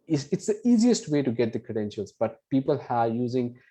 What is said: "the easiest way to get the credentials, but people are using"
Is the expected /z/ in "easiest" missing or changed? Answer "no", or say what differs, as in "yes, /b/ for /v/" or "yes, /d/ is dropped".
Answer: no